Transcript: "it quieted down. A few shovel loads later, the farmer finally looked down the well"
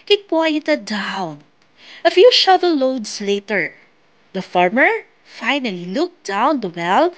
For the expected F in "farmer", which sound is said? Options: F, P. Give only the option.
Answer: F